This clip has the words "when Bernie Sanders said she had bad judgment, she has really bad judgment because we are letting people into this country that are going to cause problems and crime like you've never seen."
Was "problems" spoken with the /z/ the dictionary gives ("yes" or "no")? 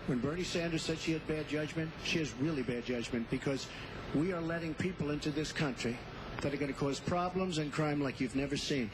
yes